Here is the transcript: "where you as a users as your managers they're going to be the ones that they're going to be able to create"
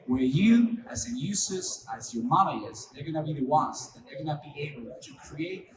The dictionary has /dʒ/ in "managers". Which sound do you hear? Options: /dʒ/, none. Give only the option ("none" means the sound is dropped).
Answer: none